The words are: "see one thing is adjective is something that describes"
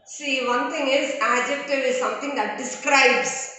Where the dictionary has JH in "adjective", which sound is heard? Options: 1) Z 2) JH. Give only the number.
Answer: 2